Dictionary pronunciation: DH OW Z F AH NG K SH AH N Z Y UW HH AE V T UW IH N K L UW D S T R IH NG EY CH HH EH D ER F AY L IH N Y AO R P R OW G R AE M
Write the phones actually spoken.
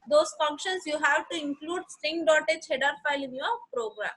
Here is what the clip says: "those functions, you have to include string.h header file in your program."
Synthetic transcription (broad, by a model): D OW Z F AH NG K SH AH N S Y UW HH AE V T UW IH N K L UW D S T IH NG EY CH HH EH D ER F AY L IH N Y AO R P R OW G R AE M